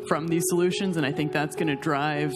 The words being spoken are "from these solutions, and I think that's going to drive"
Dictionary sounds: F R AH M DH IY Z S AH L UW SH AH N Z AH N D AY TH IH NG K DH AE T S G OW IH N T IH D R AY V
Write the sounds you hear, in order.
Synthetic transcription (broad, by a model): F R AH M DH IY Z S AH L UW SH AH N Z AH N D AY TH IH NG K DH AE T S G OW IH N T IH D R AY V